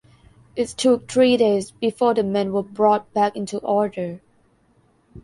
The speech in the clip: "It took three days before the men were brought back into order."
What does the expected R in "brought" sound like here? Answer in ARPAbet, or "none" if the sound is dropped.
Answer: R